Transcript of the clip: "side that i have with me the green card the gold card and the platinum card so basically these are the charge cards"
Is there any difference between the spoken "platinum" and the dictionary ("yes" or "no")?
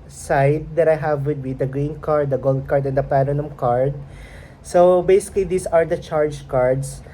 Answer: yes